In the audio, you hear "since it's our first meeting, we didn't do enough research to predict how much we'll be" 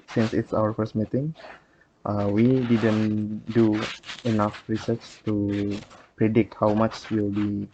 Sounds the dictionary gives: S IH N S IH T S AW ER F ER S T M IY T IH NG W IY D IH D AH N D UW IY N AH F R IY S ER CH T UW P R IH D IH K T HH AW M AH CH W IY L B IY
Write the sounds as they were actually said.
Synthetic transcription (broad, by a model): S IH N S IH T S AW ER F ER S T M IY T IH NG W IY D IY D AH N D UW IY N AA F R IY S ER CH T UW P R IH D IH K T HH AW M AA CH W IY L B IY